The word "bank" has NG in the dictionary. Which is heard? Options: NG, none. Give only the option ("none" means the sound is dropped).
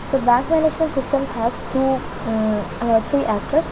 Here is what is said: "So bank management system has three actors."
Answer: NG